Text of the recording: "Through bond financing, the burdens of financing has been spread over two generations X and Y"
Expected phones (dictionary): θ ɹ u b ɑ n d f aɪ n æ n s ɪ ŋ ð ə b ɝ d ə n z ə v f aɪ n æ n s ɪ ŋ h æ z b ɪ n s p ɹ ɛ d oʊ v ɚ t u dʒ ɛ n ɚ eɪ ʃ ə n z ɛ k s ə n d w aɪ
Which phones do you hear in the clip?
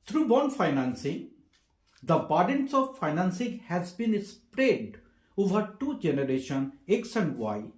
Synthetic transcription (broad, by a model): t ɹ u b ɑ n d f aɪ n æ n s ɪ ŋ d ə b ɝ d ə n s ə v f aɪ n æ n s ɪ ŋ h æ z b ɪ n s p ɹ ɛ d oʊ v ɚ t u dʒ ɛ n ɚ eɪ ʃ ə n ɛ k s ə n d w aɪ